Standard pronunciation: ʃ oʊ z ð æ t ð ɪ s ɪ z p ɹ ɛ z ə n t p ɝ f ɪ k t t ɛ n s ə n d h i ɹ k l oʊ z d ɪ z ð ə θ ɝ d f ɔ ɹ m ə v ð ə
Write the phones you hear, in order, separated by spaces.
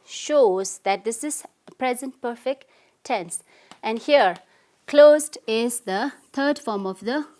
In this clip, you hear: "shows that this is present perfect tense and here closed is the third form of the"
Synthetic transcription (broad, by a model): ʃ oʊ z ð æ t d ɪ s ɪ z p ɹ ɛ z ə n t p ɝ f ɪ k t t ɛ n s ə n d h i ɹ k l oʊ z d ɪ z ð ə t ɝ d f ɔ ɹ m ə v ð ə